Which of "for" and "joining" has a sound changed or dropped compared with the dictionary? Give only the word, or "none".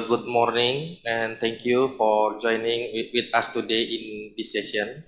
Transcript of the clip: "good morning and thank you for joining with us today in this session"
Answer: none